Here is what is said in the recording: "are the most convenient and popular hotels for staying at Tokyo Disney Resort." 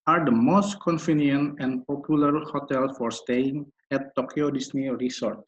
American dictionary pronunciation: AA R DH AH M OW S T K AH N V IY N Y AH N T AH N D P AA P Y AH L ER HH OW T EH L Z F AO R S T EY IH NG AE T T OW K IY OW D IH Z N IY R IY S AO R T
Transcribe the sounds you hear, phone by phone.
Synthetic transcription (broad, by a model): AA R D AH M OW S T K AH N F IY N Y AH N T AH N D P AA P Y AH L ER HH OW T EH L F AO R S T EY IH NG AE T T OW K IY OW D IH S N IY R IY S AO R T